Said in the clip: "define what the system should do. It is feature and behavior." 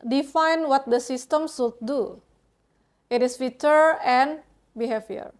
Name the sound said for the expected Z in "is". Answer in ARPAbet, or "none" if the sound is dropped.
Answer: S